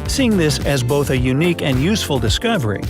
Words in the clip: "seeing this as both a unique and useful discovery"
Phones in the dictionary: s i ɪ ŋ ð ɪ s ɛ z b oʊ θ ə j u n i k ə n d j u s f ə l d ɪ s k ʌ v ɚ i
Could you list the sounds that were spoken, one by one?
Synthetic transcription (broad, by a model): s i ɪ ŋ ð ɪ s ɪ z b oʊ θ ə j u n i k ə n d j u s f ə l d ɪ s k ʌ v ɚ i